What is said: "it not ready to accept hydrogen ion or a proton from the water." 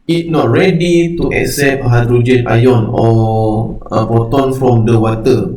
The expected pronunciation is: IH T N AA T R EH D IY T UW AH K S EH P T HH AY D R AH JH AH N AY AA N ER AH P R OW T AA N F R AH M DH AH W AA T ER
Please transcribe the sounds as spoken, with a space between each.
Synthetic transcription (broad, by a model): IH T N AA T R EH D IY T UW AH K S EH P HH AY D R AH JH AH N AY AA N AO AH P OW T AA N F R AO M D AH W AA T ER